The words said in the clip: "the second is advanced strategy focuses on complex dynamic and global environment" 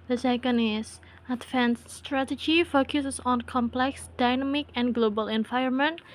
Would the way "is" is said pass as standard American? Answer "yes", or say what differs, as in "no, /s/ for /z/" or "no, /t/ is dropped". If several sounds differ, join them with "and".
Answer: no, /s/ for /z/